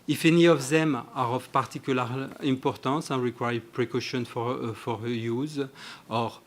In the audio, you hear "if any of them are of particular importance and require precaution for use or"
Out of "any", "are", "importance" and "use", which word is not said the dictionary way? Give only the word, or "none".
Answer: importance